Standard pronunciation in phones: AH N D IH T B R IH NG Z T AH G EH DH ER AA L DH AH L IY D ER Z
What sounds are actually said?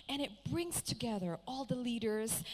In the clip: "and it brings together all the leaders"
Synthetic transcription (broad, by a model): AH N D IH T B R IH NG Z T AH G EH DH ER AA L DH AH L IY D ER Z